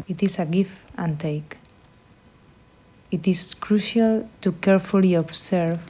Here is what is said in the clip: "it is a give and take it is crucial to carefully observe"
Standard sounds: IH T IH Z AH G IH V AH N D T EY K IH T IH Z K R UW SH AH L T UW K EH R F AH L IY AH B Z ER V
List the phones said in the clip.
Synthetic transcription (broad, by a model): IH T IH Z AH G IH F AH N T EY K IH T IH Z K R UW SH AH L T UW K EH R F AH L IY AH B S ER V